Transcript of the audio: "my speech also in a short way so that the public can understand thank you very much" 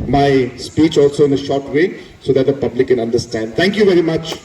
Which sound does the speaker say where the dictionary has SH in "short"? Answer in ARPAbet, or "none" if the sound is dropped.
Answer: SH